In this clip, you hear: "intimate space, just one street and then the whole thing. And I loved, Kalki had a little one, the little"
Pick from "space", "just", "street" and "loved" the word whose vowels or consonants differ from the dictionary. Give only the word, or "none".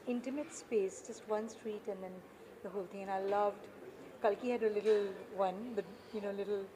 none